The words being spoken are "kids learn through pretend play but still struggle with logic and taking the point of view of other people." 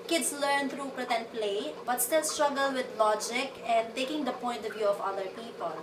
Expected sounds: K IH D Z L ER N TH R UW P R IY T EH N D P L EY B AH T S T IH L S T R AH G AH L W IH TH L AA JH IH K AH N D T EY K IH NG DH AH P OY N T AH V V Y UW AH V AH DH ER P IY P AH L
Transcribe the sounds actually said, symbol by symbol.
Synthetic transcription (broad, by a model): K IH D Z L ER N T R UW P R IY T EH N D P L EY B AH T S T IH L S T R AH G AH L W IH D L AA JH IH K AH N D T EY K IH NG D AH P OY N T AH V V Y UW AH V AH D ER P IY P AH L